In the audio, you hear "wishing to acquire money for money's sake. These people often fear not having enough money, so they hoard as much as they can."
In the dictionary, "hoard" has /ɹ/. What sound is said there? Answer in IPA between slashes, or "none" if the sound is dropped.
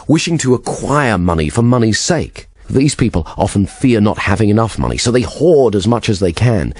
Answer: /ɹ/